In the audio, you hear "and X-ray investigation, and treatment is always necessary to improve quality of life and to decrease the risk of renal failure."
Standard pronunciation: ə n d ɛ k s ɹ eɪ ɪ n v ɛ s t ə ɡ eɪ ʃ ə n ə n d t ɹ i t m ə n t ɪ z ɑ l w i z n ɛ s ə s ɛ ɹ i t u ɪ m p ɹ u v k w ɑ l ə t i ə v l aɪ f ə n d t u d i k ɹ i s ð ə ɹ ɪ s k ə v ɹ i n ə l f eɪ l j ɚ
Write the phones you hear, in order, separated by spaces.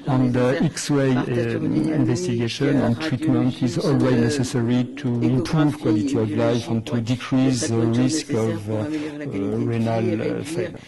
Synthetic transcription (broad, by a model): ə n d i k s w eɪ ɪ n v ɛ s t ə ɡ eɪ ʃ ə n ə n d t ɹ i t m ə n t ɪ z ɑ l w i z n ɛ s ə s ɛ ɹ i t u ɪ m p ɹ u v k w ɑ l ə t i ə v l aɪ f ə n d t u d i k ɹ i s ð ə ɹ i s k ə v ɹ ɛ n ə l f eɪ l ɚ